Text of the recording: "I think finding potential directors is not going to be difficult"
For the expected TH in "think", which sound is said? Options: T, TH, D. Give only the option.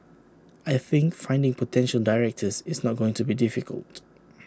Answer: TH